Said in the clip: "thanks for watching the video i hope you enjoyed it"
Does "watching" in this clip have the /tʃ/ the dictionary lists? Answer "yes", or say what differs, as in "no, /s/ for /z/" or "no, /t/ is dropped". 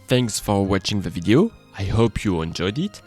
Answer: yes